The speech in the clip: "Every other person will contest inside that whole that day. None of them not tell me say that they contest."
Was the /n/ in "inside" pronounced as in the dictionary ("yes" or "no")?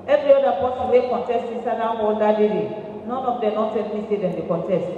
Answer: no